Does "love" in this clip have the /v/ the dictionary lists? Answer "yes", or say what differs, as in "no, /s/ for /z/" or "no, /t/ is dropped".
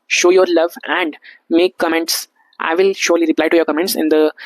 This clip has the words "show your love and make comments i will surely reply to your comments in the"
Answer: yes